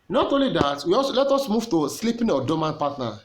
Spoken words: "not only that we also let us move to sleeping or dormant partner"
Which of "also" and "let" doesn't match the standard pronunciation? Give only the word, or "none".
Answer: also